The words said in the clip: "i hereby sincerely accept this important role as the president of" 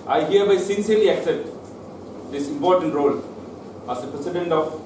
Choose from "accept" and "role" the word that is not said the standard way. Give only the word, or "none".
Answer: accept